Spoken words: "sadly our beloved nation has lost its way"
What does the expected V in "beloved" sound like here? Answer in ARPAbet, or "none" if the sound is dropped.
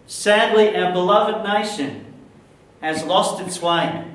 V